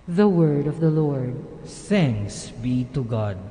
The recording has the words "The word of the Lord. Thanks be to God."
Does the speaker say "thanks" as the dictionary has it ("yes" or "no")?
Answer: no